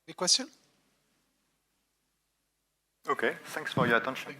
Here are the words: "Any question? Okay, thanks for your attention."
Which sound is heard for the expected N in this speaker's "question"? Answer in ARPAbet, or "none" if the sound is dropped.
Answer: none